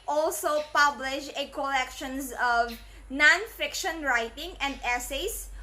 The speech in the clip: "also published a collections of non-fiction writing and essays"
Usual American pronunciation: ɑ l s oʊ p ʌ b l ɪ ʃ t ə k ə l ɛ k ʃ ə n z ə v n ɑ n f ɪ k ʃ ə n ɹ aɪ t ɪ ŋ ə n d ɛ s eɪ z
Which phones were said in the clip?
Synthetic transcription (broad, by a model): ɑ l s oʊ p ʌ b l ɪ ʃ ə k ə l ɛ k ʃ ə n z ə v n ɑ n f ɪ k ʃ ə n ɹ aɪ t ɪ ŋ ə n d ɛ s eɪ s